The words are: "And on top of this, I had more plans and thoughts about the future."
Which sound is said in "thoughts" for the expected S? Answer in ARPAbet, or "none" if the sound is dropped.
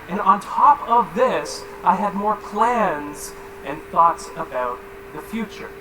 S